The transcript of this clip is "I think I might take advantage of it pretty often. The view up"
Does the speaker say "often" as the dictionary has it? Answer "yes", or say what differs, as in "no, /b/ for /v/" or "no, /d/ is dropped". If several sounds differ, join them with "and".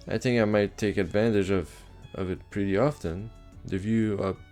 yes